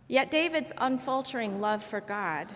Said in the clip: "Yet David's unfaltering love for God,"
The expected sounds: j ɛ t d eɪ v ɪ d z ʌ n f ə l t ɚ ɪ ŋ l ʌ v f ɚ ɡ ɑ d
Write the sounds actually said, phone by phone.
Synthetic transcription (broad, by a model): j ɛ t d eɪ v ɪ d z ʌ n f ə l t ɚ ɪ ŋ l ʌ v f ɚ ɡ ɑ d